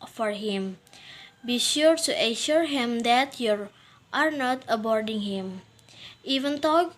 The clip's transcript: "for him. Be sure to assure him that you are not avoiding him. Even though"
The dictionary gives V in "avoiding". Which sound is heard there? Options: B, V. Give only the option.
B